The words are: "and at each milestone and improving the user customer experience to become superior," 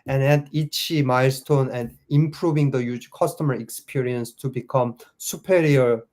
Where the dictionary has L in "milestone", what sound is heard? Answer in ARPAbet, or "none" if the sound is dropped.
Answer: L